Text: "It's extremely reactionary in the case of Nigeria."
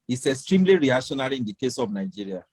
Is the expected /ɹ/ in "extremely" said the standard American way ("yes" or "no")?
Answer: yes